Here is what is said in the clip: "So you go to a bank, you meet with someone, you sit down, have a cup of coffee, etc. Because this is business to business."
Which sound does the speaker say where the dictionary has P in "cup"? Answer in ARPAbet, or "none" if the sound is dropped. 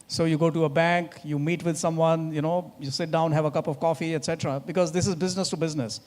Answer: P